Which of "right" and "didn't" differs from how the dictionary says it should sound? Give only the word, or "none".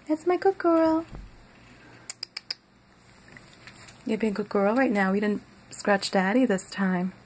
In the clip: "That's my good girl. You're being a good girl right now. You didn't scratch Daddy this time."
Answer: none